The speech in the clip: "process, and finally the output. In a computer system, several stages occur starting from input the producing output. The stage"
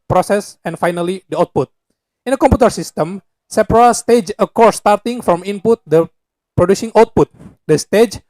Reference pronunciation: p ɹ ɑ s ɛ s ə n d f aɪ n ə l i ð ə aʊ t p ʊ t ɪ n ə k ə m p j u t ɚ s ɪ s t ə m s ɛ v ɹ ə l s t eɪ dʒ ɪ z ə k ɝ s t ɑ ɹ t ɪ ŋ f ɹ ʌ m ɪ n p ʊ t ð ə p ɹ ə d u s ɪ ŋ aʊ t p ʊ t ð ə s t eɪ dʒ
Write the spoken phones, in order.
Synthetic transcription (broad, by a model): p ɹ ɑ s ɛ s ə n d f aɪ n ə l i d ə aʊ t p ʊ t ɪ n ə k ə m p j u t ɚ s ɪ s t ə m s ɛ p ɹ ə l s t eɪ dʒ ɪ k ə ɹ s t ɑ ɹ t ɪ ŋ f ɹ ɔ m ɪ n p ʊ t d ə p ɹ ə d u s ɪ ŋ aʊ t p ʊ t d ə s t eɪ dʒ